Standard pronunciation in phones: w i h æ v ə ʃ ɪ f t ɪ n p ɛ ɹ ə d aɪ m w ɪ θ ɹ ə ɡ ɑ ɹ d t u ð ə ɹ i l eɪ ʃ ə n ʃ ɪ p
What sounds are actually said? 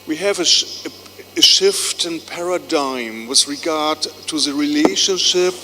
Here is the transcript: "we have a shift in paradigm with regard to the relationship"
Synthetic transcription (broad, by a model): w i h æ v ə ʃ ɪ f t ɪ n p ɛ ɹ ə d aɪ m w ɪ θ ɹ ə ɡ ɑ ɹ d t u ð ə ɹ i l eɪ ʃ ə n ʃ ɪ p